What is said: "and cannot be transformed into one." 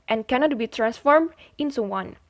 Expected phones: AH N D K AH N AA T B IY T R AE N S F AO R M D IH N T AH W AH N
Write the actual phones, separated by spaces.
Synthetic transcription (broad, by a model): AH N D K AH N AA T B IY T R AE N S F AO R M D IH N S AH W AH N